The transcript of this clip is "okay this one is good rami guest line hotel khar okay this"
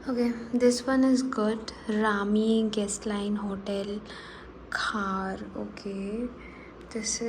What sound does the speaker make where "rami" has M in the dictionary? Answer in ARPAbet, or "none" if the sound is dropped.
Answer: M